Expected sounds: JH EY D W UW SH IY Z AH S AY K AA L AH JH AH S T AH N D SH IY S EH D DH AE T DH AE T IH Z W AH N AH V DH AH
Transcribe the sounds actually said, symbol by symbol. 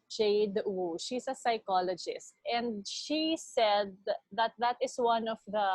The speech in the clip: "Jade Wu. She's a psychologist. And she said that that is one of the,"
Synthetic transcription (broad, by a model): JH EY D W UW SH IY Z AH S AY K AA L AH JH AH S T AH N D SH IY S EH D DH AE T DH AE T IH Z W AH N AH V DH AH